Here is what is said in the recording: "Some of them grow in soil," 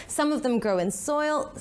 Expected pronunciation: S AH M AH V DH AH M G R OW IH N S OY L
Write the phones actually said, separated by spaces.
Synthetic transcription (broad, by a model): S AH M AH V DH AH M G R OW IH N S OY L